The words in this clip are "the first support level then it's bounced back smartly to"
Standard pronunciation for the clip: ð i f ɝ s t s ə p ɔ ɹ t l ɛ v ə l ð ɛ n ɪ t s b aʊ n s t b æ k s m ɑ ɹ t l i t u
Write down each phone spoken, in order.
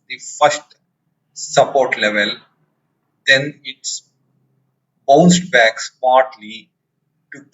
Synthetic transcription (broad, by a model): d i f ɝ s t s ə p ɔ ɹ t l ɛ v ə l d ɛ n ɪ t s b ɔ s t b æ k s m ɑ ɹ t l i t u